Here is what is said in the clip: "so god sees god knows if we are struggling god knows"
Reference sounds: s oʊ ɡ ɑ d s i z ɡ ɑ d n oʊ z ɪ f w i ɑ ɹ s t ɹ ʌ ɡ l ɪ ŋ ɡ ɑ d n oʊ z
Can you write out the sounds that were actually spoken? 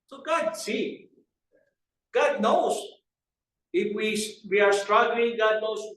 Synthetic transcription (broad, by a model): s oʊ ɡ ɑ d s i ɡ ɑ d n oʊ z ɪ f w i ɑ ɹ s t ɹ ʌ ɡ l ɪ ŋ ɡ ɑ d n oʊ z